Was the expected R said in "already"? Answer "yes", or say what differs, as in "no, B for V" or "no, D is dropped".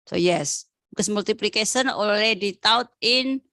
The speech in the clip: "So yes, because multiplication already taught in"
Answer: no, L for R